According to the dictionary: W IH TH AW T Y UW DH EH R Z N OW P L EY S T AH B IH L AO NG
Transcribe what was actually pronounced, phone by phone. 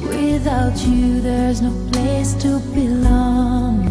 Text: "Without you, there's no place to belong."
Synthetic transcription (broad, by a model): W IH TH AW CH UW DH EH R Z N OW P L EY S T AH B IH L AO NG